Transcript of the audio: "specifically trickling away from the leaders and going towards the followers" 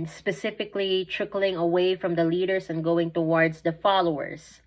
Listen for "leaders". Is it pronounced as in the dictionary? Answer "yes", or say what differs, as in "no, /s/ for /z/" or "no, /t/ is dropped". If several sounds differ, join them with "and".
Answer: no, /s/ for /z/